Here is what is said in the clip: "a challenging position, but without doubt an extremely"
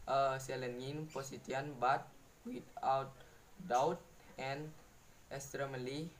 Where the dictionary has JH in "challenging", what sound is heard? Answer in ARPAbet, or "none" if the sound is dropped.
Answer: none